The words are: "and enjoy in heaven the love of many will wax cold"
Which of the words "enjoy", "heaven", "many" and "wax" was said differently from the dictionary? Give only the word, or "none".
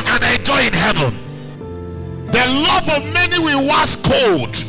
wax